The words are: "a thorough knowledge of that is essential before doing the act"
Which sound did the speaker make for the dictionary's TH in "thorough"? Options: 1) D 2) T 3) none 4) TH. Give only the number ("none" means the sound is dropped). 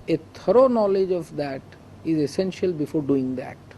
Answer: 2